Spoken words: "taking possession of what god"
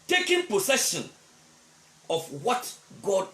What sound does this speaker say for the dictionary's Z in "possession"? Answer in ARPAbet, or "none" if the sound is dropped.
S